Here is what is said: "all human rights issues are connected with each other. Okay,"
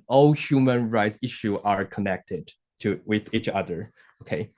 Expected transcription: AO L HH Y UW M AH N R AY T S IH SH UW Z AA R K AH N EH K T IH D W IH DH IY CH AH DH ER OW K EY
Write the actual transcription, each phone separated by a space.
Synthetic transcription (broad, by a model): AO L HH Y UW M AH N R AY T S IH SH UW AA R K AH N EH K T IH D W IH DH IY CH AH DH ER OW K EY